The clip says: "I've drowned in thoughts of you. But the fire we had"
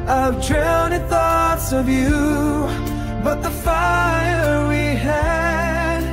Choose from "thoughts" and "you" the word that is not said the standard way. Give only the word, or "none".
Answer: none